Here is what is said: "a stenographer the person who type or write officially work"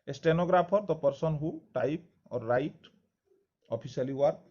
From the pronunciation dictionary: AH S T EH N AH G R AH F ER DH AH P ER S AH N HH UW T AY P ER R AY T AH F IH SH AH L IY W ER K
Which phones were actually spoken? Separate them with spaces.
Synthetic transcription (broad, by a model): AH S T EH N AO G R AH P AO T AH P ER S AH N HH UW T AY P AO R AY T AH P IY S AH L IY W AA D